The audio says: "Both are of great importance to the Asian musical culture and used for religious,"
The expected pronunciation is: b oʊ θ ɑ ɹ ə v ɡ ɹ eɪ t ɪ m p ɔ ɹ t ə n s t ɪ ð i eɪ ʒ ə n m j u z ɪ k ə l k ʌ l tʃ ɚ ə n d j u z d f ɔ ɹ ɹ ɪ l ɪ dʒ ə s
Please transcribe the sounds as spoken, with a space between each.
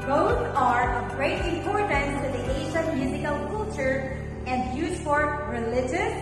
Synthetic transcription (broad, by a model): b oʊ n ɑ ɹ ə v ɡ ɹ eɪ t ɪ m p ɔ ɹ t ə n t ɪ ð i eɪ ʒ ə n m j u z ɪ k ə l k ʌ l tʃ ɚ ə n d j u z f ɔ ɹ ɹ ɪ l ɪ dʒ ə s